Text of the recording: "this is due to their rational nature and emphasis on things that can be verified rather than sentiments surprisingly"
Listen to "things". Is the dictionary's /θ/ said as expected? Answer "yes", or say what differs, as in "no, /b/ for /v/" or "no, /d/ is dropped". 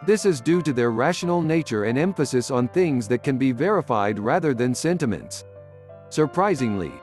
yes